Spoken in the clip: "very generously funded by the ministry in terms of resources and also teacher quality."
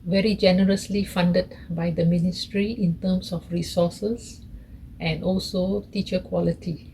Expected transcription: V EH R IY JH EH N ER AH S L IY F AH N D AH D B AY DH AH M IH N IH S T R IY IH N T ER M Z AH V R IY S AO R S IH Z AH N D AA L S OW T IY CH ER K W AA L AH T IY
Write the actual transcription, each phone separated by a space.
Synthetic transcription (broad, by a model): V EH R IY JH EH N ER AH S L IY F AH N D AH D B AY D AH M IH N IH S T R IY IH N T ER M S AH F R IY S AO S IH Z AH N D AA L S OW T IY CH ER K W AA L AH T IY